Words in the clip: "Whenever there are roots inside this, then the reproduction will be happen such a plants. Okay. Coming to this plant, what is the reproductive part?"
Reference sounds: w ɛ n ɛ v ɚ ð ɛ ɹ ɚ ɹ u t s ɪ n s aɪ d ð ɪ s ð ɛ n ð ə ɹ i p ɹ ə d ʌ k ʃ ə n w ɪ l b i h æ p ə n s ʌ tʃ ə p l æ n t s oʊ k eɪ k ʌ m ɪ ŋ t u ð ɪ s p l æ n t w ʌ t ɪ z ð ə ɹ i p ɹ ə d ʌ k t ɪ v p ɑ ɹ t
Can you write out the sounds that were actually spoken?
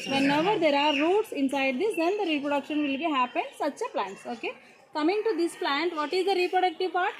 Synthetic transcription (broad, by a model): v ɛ n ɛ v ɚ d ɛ ɹ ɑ ɹ u t s ɪ n s aɪ d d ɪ s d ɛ n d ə ɹ i p ɹ ə d ʌ k ʃ ə n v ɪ l b i h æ p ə n s ʌ tʃ ə p l æ n t s oʊ k eɪ k ʌ m ɪ ŋ t u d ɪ s p l æ n t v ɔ t ɪ z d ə ɹ i p ɹ ə d ʌ k t ɪ v p ɑ ɹ t